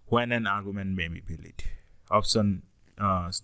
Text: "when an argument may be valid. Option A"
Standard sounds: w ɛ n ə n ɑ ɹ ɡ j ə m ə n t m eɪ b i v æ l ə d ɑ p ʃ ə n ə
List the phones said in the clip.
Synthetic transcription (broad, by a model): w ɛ n ə n ɑ ɹ ɡ j ə m ə n t m eɪ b i b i l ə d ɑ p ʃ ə n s